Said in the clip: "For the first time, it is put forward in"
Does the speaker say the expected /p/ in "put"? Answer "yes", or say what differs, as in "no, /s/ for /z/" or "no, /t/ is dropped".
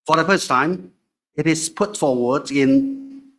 yes